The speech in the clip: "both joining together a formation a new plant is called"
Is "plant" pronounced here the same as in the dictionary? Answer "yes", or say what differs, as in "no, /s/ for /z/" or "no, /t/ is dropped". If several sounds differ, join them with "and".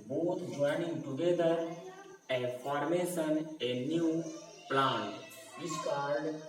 no, /t/ is dropped